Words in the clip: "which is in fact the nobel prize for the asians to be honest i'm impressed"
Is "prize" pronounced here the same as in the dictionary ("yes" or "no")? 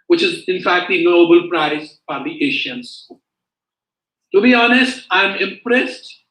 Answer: no